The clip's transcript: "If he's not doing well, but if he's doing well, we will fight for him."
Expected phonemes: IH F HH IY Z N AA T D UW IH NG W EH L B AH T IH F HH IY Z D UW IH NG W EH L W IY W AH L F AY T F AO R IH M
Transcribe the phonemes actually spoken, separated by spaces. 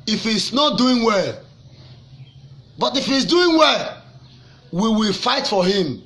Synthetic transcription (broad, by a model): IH F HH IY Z N AA T D UW IH NG W EH L B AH T IH F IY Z D UW IH NG W EH L W IY W AH L F AY T F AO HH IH M